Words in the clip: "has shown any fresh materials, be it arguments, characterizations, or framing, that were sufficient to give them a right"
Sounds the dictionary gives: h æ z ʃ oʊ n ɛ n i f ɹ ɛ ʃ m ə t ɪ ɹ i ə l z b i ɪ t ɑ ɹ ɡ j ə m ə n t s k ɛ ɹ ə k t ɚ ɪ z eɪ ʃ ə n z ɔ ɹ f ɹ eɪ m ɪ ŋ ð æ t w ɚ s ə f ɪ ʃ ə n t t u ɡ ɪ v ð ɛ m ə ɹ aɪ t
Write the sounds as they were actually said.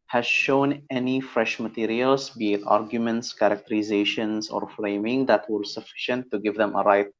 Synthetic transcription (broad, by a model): h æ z ʃ oʊ n ɛ n i f ɹ ɛ ʃ m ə t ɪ ɹ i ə l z b i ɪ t ɑ ɹ ɡ j ə m ə n t s k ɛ ɹ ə k t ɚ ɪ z eɪ ʃ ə n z ɔ ɹ f ɹ eɪ m ɪ ŋ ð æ t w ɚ s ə f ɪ ʃ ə n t t u ɡ ɪ v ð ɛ m ə ɹ aɪ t